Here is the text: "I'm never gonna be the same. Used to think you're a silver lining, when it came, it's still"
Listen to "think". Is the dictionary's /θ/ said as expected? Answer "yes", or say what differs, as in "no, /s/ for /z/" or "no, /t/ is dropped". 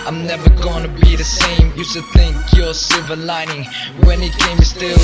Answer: yes